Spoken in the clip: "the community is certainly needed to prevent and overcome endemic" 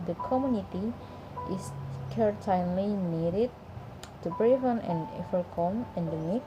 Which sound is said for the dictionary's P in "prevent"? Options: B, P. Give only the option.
B